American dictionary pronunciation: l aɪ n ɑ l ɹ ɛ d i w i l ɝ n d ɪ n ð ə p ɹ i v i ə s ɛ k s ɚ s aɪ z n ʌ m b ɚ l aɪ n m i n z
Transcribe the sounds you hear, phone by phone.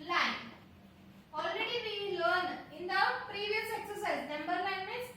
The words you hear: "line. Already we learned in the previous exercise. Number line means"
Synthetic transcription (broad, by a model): l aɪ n ɑ l ɹ ɛ d i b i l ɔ n ɪ n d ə p ɹ i v i ə s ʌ k s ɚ s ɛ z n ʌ m b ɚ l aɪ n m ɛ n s